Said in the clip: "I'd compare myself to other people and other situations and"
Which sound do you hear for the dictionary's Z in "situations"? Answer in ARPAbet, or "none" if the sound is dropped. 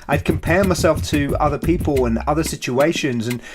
Z